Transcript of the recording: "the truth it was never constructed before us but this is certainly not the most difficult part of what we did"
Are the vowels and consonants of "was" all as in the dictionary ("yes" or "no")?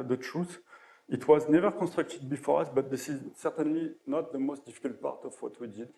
yes